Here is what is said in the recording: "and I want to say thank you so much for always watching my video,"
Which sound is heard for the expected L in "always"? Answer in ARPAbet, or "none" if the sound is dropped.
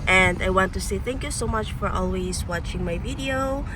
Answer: L